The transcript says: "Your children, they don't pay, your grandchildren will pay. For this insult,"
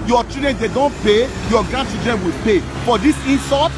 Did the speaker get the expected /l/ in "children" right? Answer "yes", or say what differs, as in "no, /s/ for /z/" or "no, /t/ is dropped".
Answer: no, /l/ is dropped